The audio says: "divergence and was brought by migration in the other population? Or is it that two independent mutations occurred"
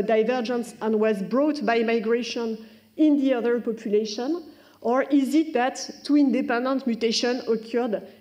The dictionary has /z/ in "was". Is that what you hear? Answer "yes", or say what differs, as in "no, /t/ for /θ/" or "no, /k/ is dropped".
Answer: yes